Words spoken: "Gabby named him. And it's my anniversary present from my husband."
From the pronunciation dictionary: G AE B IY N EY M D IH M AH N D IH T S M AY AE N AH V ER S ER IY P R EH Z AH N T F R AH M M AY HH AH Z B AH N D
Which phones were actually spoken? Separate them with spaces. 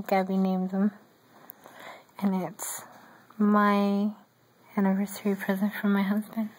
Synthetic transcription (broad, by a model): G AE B IY N EY M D IH M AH N IH T S M AY AE N AH V ER S ER IY P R EH Z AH N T F R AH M M AY HH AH Z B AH N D